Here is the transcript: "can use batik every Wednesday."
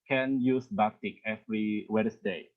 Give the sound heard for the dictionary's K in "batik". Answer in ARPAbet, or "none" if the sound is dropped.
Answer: K